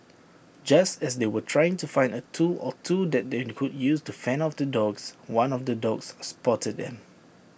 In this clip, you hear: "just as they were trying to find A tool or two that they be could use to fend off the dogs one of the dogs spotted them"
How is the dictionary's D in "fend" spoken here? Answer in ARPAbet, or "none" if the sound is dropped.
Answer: none